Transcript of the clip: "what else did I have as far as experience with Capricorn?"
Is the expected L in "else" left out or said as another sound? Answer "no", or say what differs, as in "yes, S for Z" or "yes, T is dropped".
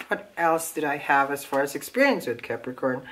no